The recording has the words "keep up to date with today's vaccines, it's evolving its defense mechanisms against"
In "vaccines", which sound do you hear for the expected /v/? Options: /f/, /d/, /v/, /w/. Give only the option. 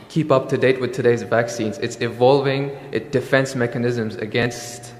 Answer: /v/